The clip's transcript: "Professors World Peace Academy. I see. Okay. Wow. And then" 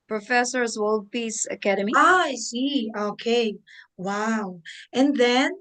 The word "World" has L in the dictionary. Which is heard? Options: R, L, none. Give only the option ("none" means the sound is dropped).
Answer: L